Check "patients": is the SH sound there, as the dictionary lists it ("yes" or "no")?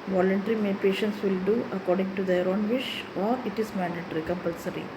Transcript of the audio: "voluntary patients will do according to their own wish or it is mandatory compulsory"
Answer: yes